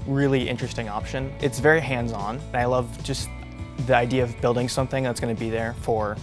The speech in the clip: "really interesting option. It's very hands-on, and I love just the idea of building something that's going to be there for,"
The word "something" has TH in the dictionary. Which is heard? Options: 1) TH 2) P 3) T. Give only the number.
1